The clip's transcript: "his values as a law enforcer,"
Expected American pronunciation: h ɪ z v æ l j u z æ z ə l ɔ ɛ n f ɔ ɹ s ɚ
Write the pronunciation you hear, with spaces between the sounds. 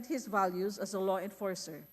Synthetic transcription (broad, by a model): h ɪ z v æ l j u z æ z ə l ɔ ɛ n f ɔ ɹ s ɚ